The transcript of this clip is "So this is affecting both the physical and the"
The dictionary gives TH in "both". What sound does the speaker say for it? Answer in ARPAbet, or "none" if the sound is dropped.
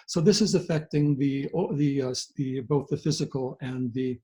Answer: TH